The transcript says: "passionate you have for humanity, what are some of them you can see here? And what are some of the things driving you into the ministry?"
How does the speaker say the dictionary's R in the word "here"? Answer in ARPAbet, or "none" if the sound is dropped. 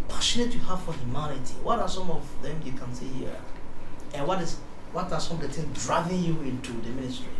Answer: W